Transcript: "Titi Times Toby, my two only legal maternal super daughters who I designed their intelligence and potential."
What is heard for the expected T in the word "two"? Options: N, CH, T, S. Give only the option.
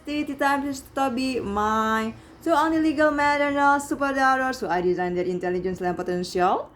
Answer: S